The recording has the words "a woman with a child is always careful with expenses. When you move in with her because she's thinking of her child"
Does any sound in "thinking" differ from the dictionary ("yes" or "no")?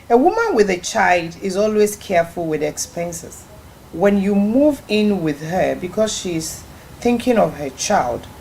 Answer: no